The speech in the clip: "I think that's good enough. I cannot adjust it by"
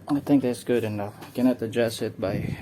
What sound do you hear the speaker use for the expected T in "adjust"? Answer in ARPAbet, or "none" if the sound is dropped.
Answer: none